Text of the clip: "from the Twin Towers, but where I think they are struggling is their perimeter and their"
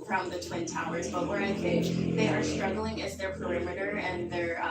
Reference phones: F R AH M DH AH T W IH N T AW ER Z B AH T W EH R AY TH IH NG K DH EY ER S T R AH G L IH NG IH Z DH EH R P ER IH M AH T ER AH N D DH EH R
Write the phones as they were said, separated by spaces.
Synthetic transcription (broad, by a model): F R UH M DH AH T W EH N T AW ER Z B AH T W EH R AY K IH DH EY ER S T R AH G L IH NG IH Z DH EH R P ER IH M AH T ER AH N DH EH R